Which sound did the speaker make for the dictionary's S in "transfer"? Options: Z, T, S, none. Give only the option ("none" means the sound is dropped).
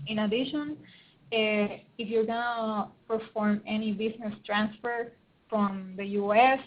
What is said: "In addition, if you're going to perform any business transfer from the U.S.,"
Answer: S